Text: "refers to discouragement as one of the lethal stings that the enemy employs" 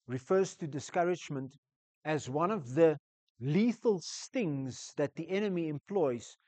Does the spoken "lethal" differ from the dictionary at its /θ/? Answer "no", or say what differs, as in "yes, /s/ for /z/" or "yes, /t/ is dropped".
no